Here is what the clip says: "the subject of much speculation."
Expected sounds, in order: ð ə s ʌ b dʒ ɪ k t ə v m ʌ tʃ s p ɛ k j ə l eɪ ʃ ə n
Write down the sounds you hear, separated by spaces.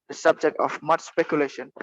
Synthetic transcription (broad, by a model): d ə s ʌ b dʒ ɪ k t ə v m ʌ tʃ s p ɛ k j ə l eɪ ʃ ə n